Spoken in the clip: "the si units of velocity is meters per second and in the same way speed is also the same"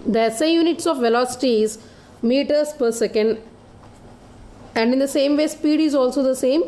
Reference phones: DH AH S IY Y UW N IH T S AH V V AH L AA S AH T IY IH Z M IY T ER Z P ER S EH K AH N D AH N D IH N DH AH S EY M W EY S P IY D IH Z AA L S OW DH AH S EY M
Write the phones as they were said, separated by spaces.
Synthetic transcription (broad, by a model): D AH S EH Y UW N IH T S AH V V AH L AA S AH T IY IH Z M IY T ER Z P ER S EH K AH N D AH N D IH N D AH S EY M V EY S P IY D IH Z AA L S OW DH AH S EY M